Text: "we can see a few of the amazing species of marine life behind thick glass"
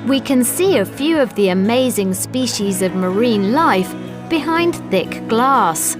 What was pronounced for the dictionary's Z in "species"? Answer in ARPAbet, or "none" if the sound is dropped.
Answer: Z